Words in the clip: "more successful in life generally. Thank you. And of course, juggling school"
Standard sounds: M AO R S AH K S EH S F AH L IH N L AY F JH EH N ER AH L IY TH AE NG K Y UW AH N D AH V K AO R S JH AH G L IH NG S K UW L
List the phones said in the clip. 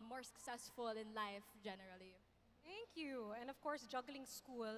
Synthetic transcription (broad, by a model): M AO R S AH K S EH S F AH L IH N L AY F JH EH N ER AH L IY T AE NG K Y UW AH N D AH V K AO R S JH AH G L IH NG S K UW L